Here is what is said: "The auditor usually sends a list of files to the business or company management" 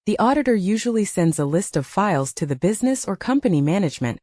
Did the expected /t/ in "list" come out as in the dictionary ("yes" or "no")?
yes